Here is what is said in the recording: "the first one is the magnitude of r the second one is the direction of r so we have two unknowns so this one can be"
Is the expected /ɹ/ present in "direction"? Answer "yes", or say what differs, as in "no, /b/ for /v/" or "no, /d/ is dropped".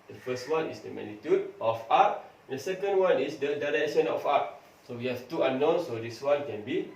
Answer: yes